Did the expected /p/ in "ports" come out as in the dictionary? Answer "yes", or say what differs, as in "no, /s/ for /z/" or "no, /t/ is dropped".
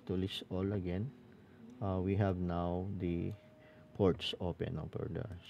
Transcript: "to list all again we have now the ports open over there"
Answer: yes